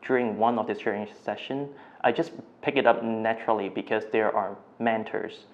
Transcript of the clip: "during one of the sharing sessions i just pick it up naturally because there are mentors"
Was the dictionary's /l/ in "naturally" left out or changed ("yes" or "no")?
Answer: no